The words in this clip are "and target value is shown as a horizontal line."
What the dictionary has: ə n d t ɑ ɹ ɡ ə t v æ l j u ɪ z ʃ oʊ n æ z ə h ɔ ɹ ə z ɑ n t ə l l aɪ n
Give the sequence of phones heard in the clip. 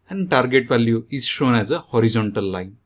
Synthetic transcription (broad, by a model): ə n d t ɑ ɹ ɡ ə t v æ l j u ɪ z ʃ oʊ n æ z ə h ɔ ɹ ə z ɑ n t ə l l aɪ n